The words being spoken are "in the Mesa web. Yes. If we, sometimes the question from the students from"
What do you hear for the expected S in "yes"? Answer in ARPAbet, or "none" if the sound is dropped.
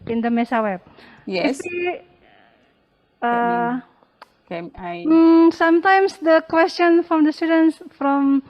none